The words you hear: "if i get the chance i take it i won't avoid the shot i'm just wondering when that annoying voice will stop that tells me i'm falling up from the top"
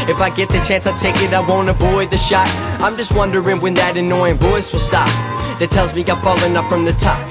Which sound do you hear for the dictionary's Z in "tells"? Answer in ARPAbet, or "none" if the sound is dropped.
Z